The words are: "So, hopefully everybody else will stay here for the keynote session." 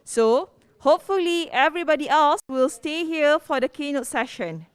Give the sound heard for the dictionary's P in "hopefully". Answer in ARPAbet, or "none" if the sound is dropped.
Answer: P